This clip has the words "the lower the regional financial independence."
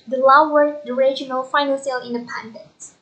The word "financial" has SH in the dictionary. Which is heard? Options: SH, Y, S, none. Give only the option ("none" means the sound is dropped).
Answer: S